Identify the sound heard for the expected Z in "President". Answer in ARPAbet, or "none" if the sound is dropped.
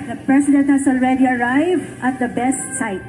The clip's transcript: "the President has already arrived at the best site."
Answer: S